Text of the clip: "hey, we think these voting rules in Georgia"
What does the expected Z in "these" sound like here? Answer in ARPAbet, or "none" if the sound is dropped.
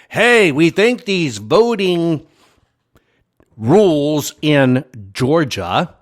Z